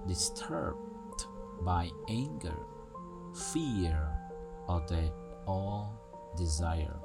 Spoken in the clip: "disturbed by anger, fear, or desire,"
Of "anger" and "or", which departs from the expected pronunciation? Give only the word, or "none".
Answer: or